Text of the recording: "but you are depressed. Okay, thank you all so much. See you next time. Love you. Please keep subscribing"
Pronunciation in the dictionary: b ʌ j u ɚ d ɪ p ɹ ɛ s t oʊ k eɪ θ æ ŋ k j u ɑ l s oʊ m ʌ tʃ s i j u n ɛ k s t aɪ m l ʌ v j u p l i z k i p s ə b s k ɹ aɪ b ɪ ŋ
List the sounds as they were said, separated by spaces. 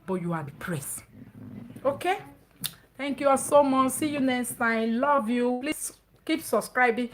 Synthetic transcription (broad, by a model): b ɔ j u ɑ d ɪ p ɹ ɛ s oʊ k eɪ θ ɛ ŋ k j u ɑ s oʊ m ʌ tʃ s i j u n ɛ s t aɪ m l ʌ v j u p l i s k i p s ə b s k ɹ aɪ b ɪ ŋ